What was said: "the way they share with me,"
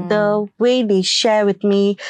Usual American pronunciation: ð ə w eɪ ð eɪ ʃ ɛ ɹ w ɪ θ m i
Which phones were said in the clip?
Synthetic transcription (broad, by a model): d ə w eɪ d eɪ ʃ ɛ ɹ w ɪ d m i